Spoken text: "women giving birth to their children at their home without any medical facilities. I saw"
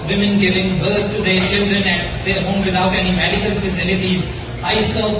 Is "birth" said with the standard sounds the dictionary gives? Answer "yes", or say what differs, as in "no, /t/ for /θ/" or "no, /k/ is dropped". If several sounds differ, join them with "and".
no, /s/ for /θ/